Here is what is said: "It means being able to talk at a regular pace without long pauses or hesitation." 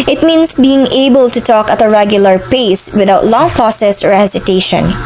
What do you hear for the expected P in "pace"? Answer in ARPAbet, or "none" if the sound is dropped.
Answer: P